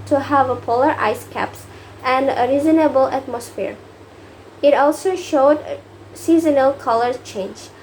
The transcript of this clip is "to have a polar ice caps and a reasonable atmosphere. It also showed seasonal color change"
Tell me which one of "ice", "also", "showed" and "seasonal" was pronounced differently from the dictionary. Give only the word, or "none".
none